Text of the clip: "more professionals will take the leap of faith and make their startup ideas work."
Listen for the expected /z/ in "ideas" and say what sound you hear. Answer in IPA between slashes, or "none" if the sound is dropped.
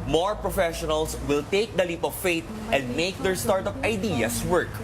/s/